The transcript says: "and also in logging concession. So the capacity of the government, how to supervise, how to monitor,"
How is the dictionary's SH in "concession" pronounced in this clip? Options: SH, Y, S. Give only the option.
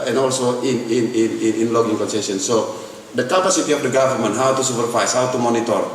S